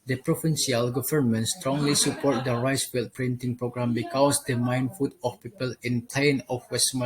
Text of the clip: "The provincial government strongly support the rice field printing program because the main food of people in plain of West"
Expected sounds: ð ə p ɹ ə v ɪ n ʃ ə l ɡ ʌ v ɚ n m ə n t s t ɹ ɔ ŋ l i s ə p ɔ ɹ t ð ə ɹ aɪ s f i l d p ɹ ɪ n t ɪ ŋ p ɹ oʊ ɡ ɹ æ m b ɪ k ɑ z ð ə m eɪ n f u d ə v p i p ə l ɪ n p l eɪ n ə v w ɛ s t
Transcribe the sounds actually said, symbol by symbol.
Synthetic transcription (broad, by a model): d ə p ɹ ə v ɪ n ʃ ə l ɡ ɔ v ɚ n m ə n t s t ɹ ɔ ŋ l i s ə p ɔ ɹ t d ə ɹ aɪ s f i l p ɹ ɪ n t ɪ ŋ p ɹ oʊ ɡ ɹ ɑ m b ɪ k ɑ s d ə m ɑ n f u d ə f p i p ə l ɪ n p l eɪ n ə f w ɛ s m